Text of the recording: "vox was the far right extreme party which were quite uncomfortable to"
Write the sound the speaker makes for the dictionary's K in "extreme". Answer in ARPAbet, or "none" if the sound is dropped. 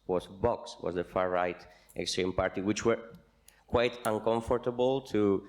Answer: K